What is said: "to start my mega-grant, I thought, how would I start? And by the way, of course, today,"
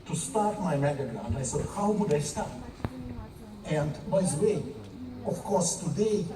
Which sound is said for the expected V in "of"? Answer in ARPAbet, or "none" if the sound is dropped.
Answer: F